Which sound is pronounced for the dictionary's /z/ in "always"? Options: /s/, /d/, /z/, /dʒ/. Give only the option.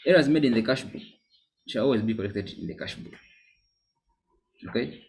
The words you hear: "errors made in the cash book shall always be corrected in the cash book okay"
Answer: /z/